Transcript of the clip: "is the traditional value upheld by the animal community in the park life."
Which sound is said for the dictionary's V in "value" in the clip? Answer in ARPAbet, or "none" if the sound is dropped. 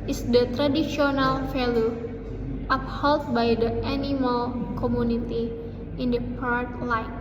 F